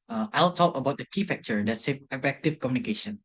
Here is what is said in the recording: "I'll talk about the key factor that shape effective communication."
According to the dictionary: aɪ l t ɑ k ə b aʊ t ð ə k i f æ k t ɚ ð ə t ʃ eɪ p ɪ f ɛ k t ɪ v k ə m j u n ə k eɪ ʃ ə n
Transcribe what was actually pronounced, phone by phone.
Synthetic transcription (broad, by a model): aɪ l t ɑ k ə b aʊ t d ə k i f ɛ k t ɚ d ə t s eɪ ɪ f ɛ k t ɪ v k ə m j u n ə k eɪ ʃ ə n